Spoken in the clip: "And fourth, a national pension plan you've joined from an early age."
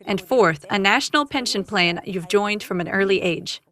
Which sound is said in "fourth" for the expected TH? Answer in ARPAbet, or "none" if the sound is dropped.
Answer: TH